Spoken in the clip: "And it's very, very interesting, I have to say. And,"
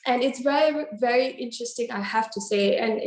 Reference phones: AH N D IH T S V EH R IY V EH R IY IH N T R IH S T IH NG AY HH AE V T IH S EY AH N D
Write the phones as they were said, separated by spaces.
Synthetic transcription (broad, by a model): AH N IH T S V EH R IY V EH R IY IH N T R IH S T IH NG AY HH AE F T IH S EY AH N